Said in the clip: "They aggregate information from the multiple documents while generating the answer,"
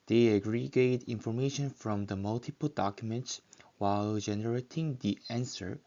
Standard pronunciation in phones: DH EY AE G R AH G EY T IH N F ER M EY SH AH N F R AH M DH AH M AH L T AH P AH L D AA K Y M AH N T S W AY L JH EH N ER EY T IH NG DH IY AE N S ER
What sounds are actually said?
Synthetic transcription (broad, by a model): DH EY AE G R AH G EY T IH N F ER M EY SH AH N F R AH M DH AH M AH L T AH P AH L D AA K Y M AH N T S W AY L JH EH N ER EY T IH NG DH IY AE N S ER